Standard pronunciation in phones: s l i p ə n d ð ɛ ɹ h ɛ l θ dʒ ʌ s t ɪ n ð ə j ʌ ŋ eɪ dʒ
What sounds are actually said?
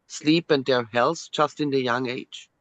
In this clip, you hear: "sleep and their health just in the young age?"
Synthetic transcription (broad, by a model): s l i p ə n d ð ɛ ɹ h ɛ l s dʒ ʌ s t ɪ n ð ə j ʌ ŋ eɪ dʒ